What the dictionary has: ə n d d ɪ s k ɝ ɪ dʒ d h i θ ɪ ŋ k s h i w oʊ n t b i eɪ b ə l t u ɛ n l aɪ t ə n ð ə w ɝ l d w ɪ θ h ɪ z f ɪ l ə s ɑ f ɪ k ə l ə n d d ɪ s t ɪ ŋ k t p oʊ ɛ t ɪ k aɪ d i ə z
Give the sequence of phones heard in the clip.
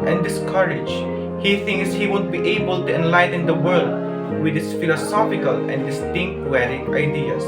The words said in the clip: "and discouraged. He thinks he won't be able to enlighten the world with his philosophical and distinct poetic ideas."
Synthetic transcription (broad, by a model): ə n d d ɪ s k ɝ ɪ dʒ h i θ ɪ ŋ k s h i w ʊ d b i eɪ b ə l t u ɛ n l aɪ t ə n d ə w ɝ l d w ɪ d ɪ s f ɪ l ə s ɑ f ɪ k ə l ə n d d ɪ s t ɪ ŋ k t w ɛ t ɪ aɪ d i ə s